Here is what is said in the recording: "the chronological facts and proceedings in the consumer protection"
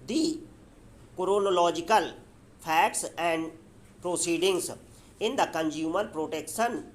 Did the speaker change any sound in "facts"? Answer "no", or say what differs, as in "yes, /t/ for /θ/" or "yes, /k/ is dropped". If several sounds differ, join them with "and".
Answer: yes, /p/ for /f/